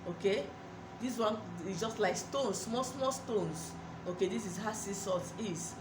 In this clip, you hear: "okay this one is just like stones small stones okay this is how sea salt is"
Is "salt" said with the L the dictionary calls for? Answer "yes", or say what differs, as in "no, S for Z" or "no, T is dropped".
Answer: no, L is dropped